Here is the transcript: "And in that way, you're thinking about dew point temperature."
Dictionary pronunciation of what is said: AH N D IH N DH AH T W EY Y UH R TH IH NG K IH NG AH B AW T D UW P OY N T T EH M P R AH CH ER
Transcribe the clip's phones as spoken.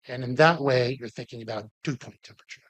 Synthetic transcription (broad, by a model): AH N IH N DH AH T W EY Y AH R TH IH NG K IH NG AH B AW T UW P OY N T T EH M P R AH CH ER